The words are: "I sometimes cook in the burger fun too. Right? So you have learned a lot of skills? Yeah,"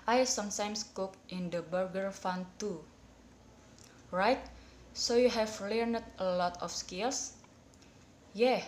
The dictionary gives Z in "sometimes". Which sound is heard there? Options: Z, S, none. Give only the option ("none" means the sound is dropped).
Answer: S